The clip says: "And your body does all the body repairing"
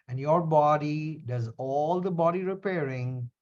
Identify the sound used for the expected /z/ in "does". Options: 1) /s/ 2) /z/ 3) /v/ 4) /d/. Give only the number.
2